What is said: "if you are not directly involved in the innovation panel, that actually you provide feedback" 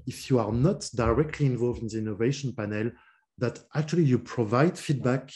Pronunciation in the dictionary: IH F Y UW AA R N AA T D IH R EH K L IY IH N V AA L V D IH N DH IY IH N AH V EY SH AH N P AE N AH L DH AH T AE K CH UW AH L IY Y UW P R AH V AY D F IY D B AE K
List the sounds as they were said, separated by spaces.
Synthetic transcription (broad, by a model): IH F Y UW AA R N AA T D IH R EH K L IY IH N V AA L V D IH N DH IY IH N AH V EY SH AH N P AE N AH L DH AH T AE K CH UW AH L IY Y UW P R AH V AY D F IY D B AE K